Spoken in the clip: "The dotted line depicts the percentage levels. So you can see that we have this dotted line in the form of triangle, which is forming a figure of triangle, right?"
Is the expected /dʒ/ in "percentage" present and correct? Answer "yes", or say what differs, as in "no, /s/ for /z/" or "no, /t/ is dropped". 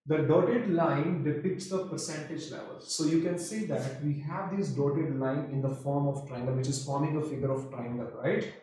yes